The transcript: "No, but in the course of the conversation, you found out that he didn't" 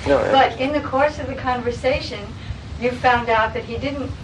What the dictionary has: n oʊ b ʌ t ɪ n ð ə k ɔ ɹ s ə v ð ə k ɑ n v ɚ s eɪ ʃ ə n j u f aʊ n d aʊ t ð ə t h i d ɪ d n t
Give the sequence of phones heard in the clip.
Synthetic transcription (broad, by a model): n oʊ b ʌ t ɪ n ð ə k ɔ ɹ s ə v ð ə k ɑ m v ɚ s eɪ ʃ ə n j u f aʊ n d aʊ t ð ə t h i d ɪ d n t